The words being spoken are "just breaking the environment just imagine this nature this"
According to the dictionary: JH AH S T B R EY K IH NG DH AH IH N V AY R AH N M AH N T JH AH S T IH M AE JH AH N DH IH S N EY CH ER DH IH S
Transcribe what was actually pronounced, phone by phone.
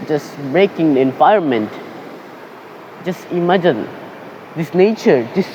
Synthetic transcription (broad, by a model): JH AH S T B R EY K IH NG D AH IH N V AY AH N M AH N T JH AH S T IH M AE JH AH N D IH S N EY CH ER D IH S